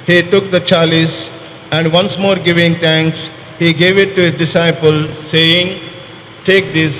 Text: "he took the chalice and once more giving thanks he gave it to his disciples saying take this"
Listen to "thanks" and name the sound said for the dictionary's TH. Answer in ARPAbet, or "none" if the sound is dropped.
T